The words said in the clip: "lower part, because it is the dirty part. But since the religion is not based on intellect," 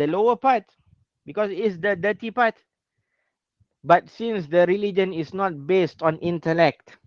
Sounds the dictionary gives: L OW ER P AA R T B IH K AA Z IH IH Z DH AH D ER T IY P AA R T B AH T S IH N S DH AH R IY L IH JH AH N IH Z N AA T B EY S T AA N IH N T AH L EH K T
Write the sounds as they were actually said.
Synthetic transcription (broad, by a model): L OW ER P AA T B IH K AA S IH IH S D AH D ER T IY P AA T B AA T S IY N S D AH R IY L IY JH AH N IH S N AA T B EY S T AA N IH N T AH L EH K T